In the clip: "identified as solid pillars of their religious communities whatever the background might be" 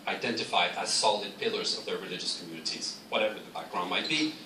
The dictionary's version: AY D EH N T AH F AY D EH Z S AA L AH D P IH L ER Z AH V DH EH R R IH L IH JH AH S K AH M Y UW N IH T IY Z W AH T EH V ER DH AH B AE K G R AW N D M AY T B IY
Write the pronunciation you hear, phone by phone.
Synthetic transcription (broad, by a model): AY D EH N T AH F AY D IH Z S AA L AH D P IH L ER Z AH V DH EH R R IH L IH JH AH S K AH M Y UW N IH T IY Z W AH T EH V ER DH AH B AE K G R AW N M AY T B IY